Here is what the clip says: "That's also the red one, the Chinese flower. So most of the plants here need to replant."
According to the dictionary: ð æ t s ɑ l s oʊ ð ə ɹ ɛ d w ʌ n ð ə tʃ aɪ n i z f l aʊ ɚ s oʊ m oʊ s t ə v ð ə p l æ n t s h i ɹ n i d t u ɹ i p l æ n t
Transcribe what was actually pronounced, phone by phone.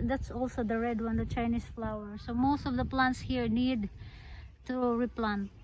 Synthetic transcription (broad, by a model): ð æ t s ɑ l s oʊ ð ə ɹ ɛ d w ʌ n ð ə tʃ aɪ n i s f l aʊ ɚ s oʊ m oʊ s t ə v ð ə p l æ n t s h i ɹ n i d t u ɹ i p l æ n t